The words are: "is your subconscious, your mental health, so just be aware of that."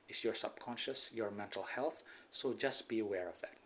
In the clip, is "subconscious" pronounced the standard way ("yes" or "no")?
yes